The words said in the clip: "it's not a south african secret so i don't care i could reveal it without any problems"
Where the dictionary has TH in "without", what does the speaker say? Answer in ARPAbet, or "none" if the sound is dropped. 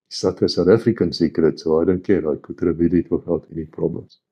F